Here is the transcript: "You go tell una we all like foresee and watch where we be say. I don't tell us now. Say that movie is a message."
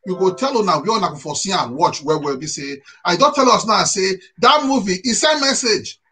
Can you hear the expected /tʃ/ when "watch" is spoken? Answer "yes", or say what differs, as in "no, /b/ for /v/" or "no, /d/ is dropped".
yes